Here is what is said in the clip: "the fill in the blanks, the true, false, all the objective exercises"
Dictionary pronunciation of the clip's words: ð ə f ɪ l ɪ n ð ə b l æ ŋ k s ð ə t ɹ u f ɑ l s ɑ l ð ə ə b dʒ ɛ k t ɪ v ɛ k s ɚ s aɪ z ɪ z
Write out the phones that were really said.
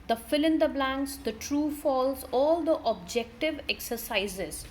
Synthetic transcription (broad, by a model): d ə f ɪ l ɪ n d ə b l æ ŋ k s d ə t ɹ u f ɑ l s ɑ l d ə ə b dʒ ɛ k t ɪ v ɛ k s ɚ s aɪ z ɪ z